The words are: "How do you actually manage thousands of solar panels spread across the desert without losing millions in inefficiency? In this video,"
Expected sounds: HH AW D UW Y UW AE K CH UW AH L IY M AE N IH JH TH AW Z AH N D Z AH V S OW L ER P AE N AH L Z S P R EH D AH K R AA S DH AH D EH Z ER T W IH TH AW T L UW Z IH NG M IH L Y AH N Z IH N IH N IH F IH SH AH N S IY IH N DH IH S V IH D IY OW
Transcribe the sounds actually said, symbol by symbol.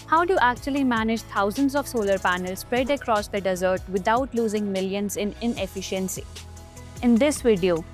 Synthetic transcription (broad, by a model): HH AW D UW Y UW AE K CH UW AH L IY M AE N IH JH T AW Z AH N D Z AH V S OW L ER P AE N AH L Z S P R EH D AH K R AA S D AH D EH Z ER T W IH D AW T L UW Z IH NG M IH L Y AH N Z IH N IH N IH F IH SH AH N S IY IH N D IH S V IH D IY OW